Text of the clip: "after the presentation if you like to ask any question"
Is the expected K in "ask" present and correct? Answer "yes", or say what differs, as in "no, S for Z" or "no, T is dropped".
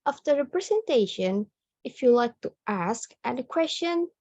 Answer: yes